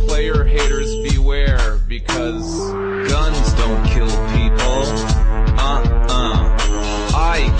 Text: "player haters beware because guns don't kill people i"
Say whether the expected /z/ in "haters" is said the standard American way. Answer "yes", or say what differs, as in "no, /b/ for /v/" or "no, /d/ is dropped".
yes